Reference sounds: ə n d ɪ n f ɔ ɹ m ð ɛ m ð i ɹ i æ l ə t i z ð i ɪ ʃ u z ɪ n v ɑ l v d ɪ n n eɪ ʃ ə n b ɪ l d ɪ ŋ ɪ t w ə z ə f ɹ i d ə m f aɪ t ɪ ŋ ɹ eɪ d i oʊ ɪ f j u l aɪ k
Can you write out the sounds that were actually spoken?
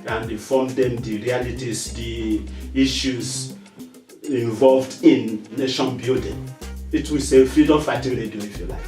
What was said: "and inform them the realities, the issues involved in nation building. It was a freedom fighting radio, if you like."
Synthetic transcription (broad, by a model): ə n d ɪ f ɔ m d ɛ m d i ɹ i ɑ l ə t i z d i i ʃ u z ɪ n v ɑ l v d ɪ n n eɪ ʃ ə n b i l d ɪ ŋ ɪ t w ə s ə f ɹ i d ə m f aɪ t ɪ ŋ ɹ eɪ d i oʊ ɪ f j u l aɪ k